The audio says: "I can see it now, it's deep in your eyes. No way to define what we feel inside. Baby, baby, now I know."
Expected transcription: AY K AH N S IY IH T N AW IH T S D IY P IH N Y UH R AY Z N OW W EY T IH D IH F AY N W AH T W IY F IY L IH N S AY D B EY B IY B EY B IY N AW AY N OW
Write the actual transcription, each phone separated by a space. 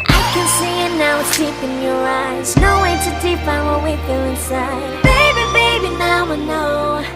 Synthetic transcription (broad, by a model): AY K AH N S IY IH T N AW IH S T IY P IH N Y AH R AY Z N OW W EY T IH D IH P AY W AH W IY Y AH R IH N S AY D B EY B IY B EY B IY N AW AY N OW